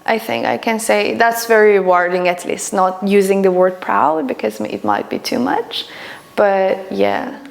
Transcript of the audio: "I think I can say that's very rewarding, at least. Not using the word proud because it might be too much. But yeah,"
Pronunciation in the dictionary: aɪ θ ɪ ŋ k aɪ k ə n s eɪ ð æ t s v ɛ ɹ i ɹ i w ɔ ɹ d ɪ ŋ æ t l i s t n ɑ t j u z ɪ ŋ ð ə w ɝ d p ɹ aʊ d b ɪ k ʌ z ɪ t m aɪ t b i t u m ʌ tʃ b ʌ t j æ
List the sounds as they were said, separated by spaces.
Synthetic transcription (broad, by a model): aɪ θ ɪ ŋ k aɪ k ə n s eɪ ð æ t s v ɛ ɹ ɹ i w ɔ ɹ d ɪ ŋ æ t l i s t n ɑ t j u z ɪ ŋ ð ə w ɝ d p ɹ aʊ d b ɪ k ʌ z ɪ t m aɪ t b i t u m ʌ tʃ b ʌ t j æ